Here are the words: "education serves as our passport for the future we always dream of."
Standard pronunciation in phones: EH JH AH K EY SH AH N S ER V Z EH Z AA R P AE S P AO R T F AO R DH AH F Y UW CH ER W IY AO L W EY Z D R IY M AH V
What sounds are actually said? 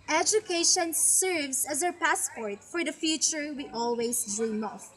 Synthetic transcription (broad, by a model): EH JH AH K EY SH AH N S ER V S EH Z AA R P AE S P AO R T F AO R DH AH F Y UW CH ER W IY AO L W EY S D R IY M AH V